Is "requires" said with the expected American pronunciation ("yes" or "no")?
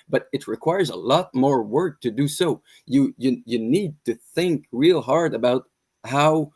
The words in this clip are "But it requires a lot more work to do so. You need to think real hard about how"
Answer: yes